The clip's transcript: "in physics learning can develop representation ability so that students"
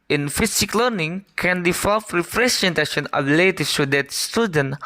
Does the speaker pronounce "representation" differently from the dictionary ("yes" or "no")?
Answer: yes